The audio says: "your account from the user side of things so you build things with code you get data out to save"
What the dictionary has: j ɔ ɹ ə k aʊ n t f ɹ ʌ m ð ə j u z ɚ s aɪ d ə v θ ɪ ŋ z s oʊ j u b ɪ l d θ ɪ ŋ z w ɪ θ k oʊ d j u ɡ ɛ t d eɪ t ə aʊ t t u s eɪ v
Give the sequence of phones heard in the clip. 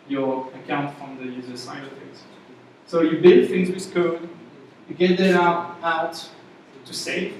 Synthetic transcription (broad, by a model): j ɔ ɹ ə k aʊ n t f ɹ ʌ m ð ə j u z ɚ s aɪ ə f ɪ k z s oʊ j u b ɪ l d θ ɪ ŋ z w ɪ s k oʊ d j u ɡ ɛ t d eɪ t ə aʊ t t u s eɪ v